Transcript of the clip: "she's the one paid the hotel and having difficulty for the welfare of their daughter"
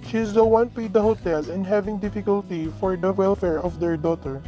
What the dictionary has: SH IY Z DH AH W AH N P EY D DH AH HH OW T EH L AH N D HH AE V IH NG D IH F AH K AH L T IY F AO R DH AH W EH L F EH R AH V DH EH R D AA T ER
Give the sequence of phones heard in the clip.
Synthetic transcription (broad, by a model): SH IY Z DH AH W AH N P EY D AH HH OW T EH L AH N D HH AE V IH NG D IH F AH K AH L T IY F AO R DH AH W EH L F EH R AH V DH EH R D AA T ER